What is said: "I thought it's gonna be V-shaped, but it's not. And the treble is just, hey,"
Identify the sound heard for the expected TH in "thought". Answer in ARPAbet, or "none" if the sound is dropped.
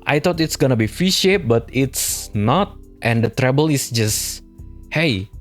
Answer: T